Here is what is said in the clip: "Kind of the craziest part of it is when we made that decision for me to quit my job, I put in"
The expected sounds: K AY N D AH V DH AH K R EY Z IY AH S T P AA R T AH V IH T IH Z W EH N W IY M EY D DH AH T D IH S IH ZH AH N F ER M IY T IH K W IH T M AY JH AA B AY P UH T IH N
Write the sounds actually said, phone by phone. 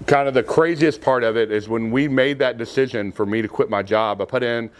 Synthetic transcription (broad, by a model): K AY N D AH V DH AH K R EY Z IY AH S P AA R T AH V IH T IH Z W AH N W IY M EY D DH AH T D IH S IH ZH AH N F ER M IY T IH K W IH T M AY JH AA B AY P UH T IH N